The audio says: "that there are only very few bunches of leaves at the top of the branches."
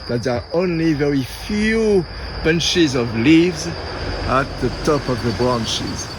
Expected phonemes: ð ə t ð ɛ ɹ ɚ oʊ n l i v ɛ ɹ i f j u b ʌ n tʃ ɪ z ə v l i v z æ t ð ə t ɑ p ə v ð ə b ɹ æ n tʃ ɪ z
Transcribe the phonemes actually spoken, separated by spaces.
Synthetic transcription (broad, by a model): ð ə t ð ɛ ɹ oʊ n l i v ɛ ɹ i f j u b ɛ n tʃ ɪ z ə v l i v z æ t ð ə t ɑ p ə v ð ə b ɹ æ n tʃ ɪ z